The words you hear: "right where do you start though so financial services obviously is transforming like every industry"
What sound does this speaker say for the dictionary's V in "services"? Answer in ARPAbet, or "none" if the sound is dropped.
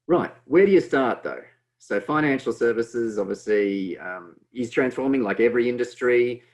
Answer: V